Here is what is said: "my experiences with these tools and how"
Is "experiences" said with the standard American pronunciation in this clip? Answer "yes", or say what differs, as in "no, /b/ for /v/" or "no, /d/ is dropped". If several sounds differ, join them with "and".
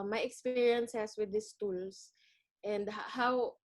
no, /s/ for /z/